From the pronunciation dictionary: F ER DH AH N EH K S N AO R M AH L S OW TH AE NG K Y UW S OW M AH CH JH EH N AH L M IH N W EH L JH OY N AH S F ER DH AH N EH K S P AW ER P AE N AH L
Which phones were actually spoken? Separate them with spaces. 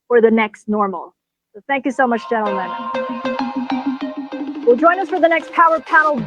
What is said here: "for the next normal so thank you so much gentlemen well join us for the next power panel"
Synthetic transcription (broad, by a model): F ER DH AH N EH K S N AO R M L S OW TH AE NG K Y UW S OW M AH CH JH EH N L M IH N W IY L JH OY N AH S F ER DH AH N EH K S P AW ER P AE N L